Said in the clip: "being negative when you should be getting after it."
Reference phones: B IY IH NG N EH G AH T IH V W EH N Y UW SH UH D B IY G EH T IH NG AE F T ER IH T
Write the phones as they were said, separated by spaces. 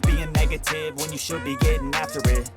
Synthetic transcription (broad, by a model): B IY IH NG N EH G AH T IH V W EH N Y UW SH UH D B IY G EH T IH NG AE F T ER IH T